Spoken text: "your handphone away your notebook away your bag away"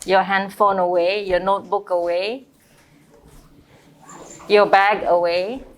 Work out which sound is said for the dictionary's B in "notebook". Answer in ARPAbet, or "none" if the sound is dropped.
B